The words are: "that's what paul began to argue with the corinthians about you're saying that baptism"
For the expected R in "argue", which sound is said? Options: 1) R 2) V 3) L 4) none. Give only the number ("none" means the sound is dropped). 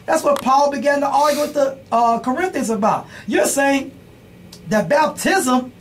3